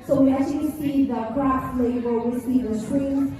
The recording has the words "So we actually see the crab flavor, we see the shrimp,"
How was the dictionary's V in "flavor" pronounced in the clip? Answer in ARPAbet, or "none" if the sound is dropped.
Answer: B